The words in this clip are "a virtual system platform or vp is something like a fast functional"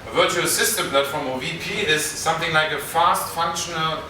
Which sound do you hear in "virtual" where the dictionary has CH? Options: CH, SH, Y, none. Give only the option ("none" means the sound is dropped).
CH